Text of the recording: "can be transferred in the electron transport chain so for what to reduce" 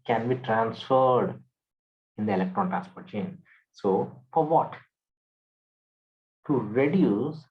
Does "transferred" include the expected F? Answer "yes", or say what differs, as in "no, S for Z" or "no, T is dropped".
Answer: yes